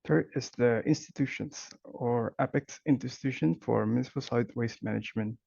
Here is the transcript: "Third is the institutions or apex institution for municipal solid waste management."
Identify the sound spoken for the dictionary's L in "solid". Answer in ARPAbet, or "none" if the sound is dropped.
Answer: none